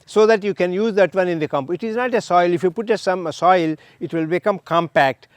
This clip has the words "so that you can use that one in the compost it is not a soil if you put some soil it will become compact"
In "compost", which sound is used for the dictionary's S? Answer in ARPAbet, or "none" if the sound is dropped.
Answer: none